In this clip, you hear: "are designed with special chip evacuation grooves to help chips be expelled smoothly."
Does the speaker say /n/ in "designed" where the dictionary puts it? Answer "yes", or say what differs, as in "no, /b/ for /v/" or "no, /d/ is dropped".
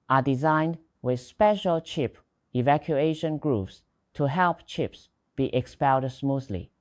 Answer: yes